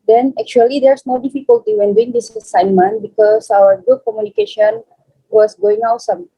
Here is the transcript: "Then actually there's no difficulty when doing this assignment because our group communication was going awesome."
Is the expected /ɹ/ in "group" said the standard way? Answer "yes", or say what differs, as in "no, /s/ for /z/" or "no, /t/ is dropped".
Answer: no, /ɹ/ is dropped